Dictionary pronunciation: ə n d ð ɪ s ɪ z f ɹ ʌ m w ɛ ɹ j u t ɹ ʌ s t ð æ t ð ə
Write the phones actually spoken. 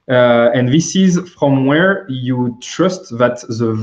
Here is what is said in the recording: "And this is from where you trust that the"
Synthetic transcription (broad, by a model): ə n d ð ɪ s ɪ z f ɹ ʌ m w ɛ ɹ j u t ɹ ʌ s t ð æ t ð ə